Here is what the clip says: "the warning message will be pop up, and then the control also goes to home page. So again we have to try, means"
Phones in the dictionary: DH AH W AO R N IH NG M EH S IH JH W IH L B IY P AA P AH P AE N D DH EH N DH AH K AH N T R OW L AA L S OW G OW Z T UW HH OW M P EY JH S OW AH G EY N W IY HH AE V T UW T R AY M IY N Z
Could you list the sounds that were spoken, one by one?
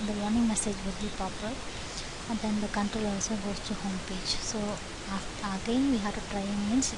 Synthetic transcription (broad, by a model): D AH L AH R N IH NG M EH S IH JH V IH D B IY P AA P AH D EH N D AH K AH N T R OW L AA L S OW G OW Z T UW HH OW M P EY JH S OW AH G EY N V IY HH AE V T UW T R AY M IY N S